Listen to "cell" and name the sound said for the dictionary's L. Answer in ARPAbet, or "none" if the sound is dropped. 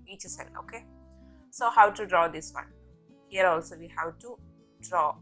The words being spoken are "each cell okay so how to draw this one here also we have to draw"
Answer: N